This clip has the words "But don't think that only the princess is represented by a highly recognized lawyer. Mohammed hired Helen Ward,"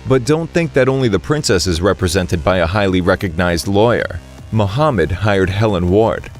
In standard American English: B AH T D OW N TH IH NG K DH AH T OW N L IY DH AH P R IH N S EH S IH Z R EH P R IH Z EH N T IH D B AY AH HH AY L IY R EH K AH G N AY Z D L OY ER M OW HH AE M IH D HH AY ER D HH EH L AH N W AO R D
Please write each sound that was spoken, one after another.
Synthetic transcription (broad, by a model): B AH T D OW N TH IH NG K DH AH T OW N L IY DH AH P R IH N S EH S IH Z R EH P R IH Z EH N T IH D B AY AH HH AY L IY R EH K AH G N AY Z D L OY ER M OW HH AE M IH D HH AY ER D HH EH L AH N W AO R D